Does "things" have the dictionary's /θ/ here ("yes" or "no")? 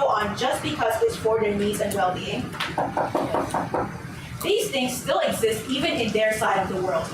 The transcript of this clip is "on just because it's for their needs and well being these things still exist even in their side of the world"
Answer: yes